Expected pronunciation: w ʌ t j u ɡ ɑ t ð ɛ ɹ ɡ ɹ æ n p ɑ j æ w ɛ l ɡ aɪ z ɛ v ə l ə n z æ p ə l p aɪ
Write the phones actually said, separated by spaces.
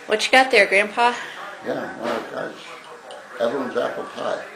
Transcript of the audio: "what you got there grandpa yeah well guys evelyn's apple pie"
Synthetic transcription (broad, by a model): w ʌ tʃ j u ɡ ɑ t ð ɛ ɹ ɡ ɹ æ n p ɑ j æ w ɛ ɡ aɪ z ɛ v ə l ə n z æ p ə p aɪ